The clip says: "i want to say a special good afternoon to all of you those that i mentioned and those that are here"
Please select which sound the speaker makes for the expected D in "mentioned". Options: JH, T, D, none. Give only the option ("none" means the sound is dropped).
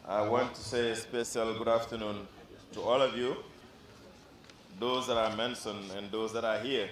none